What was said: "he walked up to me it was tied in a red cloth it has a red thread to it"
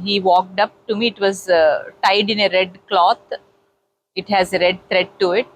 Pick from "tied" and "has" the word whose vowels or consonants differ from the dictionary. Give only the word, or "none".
none